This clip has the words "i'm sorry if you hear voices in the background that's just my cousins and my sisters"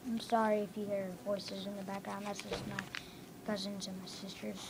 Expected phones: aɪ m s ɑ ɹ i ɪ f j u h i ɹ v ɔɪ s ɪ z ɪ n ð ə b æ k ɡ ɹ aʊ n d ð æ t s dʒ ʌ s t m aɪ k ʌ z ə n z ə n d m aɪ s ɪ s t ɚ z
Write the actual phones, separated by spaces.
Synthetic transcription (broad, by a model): aɪ m s ɑ ɹ i ɪ f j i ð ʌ ɹ v ɔɪ s ɪ z ɪ n ð ə b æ k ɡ ɹ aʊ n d ð æ t s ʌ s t m aɪ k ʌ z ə n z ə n m aɪ s ɪ s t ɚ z